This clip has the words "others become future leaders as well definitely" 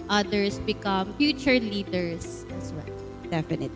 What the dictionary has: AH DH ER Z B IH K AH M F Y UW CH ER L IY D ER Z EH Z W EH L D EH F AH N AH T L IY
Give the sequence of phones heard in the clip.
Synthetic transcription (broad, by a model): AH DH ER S B IH K AH M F Y UW CH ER L IY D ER S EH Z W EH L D EH F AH N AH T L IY